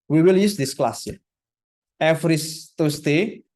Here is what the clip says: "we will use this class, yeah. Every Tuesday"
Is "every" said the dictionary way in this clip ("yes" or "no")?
no